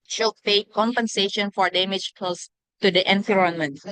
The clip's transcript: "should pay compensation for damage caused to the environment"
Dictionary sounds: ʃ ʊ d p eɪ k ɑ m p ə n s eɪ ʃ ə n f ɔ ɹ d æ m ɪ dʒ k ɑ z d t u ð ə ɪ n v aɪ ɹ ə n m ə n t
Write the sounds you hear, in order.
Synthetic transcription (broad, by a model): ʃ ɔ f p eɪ k ɑ m p ə n s eɪ ʃ ə n f ɔ ɹ d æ m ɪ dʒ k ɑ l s t u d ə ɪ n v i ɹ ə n m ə n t